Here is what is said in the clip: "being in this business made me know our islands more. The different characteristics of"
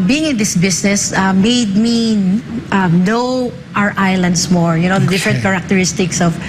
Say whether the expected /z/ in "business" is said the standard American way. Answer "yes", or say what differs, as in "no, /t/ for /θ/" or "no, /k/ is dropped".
no, /s/ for /z/